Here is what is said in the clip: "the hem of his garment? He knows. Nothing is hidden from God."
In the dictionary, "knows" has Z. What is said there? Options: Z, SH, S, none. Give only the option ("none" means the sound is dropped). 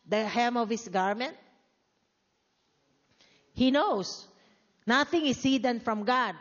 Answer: S